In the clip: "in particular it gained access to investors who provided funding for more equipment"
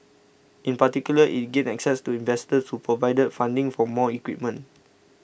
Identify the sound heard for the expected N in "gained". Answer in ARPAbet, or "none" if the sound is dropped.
none